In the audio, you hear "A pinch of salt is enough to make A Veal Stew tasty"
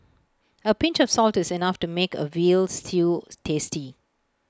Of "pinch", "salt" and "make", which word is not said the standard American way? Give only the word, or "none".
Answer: none